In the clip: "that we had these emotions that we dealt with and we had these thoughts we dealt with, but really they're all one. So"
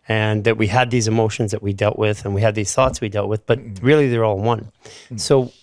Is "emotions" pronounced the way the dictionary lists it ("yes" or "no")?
yes